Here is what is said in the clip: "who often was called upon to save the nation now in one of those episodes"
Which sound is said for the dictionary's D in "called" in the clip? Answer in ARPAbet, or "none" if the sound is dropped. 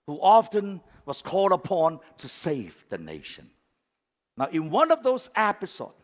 D